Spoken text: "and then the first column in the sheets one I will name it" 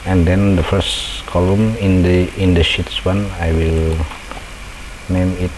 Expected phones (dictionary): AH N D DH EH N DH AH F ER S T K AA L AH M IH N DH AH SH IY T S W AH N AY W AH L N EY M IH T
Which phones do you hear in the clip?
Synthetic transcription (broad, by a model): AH N D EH N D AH F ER S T K AA L AH M IH N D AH SH IY T S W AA N AY W AH L N EY M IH T